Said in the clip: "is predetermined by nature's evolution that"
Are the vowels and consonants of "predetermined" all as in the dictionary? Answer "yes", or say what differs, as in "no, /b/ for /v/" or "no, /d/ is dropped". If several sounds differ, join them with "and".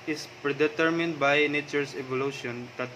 yes